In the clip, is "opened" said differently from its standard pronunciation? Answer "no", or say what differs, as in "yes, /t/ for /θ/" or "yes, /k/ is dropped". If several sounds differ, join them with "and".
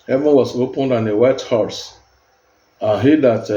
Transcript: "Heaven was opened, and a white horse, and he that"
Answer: no